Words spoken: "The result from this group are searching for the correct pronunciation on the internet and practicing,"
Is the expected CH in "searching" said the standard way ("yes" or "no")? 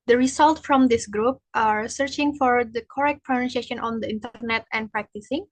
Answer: yes